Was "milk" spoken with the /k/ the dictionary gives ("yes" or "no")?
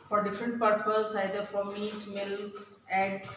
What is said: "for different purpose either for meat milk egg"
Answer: no